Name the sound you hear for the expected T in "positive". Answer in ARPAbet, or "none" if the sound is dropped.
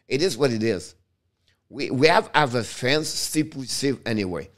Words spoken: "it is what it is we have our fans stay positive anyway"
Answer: S